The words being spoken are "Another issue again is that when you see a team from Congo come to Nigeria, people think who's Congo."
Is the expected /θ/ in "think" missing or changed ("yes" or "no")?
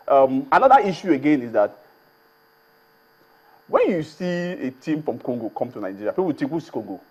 yes